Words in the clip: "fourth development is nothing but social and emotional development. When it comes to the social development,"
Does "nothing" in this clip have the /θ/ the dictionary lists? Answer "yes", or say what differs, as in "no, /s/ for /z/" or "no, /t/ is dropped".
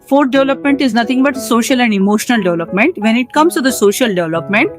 no, /t/ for /θ/